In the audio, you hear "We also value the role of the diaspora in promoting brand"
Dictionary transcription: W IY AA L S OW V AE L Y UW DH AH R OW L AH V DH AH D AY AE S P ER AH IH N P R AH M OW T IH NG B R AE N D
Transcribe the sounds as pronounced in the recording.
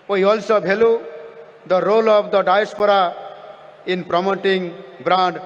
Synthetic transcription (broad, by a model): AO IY AA L S OW B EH L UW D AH R OW L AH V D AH D AY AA S P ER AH IH N P R AH M OW T IH NG B R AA N D